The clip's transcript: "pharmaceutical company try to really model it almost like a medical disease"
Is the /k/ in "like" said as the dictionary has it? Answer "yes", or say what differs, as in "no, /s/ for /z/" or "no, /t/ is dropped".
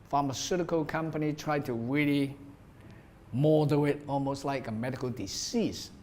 yes